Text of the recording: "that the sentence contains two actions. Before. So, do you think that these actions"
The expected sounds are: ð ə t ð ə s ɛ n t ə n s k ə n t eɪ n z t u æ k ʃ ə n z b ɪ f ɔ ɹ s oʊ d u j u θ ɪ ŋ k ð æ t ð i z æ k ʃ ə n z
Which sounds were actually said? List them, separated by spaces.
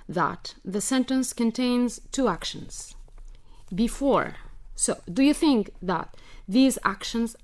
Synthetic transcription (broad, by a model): ð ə t ð ə s ɛ n t ə n s k ə n t eɪ n z t u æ k ʃ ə n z b ɪ f ɔ ɹ s oʊ d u j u θ ɪ ŋ k ð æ t ð i z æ k ʃ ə n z